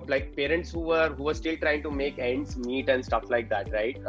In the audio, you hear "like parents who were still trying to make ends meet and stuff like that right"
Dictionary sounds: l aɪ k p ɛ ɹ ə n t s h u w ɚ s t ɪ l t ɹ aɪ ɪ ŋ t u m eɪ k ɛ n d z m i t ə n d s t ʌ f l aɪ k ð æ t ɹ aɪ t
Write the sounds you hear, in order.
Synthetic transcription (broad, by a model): l aɪ k p ɛ ɹ ə n t s h u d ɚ s t ɪ l t ɹ aɪ ɪ ŋ t u m eɪ k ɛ n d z m i t ə n d s t ʌ f l aɪ k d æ t ɹ aɪ t